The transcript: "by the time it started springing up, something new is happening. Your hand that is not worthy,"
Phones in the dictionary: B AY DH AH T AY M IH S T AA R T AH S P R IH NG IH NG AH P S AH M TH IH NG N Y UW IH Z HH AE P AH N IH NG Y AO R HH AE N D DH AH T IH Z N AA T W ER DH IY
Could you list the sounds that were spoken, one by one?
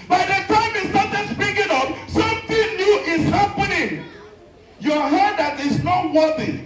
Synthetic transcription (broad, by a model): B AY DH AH T AY M IH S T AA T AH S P IH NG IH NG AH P S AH M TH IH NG N Y UW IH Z HH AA P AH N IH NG Y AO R HH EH D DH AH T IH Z N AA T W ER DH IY